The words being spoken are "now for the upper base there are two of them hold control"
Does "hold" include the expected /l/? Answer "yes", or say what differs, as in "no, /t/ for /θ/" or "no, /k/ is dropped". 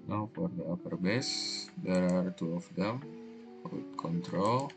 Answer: no, /l/ is dropped